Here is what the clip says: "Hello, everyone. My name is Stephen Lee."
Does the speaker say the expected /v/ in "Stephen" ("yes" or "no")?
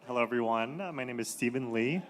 yes